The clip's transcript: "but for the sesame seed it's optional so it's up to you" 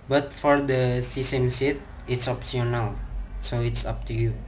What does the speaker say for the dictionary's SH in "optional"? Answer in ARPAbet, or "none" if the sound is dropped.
S